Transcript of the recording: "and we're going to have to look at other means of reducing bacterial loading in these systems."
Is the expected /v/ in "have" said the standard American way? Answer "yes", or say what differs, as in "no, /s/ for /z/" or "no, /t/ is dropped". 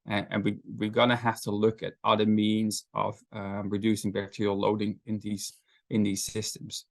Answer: no, /f/ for /v/